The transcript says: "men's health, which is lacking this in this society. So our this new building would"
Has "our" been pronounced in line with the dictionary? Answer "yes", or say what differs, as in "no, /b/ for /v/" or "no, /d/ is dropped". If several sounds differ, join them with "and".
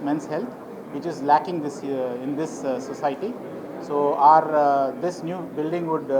yes